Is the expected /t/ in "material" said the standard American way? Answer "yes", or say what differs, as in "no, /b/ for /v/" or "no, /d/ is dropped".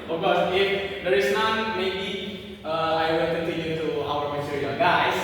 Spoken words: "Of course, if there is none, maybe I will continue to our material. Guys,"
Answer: no, /s/ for /t/